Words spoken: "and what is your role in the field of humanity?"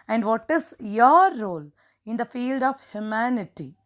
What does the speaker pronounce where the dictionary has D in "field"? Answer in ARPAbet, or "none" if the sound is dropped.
D